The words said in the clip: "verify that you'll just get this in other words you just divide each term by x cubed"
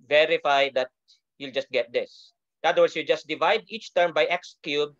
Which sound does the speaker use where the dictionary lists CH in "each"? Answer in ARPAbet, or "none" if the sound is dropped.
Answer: CH